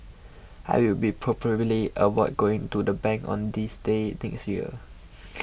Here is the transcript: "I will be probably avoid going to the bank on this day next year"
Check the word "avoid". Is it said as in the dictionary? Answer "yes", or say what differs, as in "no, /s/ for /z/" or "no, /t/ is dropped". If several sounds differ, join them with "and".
no, /w/ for /v/